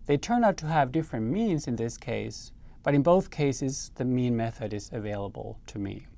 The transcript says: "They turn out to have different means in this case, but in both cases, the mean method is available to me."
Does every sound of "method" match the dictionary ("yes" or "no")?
yes